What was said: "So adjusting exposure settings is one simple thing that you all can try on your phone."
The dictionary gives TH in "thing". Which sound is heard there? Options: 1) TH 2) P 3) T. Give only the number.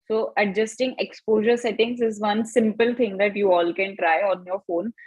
3